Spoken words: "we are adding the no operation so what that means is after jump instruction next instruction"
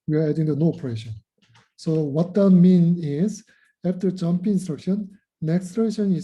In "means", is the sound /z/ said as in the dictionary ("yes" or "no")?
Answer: no